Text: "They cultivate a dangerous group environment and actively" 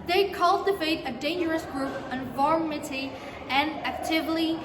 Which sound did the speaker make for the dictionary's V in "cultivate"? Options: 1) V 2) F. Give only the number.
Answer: 2